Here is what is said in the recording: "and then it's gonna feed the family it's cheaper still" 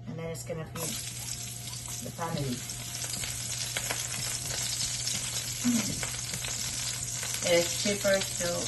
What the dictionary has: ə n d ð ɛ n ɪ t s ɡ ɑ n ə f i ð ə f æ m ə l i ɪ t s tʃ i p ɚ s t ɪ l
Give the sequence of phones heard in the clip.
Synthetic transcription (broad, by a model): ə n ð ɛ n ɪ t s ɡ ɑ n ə p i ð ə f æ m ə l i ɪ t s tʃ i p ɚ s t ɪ